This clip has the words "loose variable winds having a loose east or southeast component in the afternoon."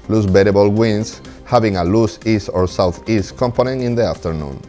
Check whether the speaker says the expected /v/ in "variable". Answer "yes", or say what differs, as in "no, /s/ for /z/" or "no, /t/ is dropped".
no, /b/ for /v/